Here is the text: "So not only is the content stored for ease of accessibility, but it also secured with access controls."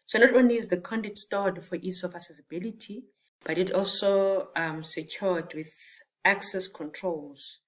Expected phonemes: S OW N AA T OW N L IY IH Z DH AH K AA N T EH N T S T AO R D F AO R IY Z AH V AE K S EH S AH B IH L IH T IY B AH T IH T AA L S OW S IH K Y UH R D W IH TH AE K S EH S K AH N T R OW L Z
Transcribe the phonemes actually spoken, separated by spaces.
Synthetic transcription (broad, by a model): S OW N AA T OW N L IY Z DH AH K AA N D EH T S T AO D F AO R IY S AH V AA S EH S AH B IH L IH T IY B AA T IH T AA L S OW S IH K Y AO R D W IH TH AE K S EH S K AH N T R OW L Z